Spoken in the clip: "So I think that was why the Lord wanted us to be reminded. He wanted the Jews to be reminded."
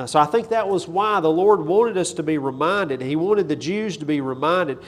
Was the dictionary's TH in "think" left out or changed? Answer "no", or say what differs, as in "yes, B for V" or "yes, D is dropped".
no